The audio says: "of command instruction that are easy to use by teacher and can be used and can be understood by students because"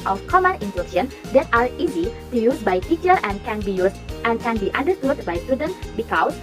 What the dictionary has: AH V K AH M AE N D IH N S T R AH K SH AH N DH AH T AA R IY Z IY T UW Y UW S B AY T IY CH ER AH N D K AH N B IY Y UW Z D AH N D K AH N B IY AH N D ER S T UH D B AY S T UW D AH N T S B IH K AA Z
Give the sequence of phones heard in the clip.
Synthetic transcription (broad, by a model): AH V K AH M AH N IH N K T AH SH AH N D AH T AA R IY Z IY T UW Y UW S B AY T IY CH ER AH N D K AH N B IY Y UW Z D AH N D K AH N B IY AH N D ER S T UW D B AY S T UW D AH N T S B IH K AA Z